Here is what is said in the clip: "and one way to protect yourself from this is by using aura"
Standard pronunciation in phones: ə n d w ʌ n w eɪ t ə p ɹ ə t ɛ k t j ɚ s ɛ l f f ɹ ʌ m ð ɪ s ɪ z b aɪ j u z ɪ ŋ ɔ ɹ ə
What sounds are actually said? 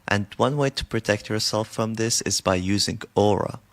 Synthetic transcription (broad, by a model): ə n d w ʌ n w eɪ t ə p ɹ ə t ɛ k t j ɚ s ɛ l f f ɹ ʌ m ð ɪ s ɪ z b aɪ j u z ɪ ŋ ɔ ɹ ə